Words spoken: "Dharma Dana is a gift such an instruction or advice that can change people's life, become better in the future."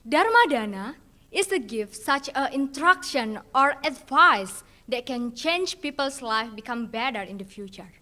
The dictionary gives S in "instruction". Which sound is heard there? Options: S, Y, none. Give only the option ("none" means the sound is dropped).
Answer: none